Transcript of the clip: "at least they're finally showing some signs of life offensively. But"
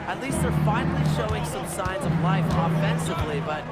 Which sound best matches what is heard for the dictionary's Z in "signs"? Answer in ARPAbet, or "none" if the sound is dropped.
Z